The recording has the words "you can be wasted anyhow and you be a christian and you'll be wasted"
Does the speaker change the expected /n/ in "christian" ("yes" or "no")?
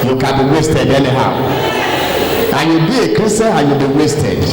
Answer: yes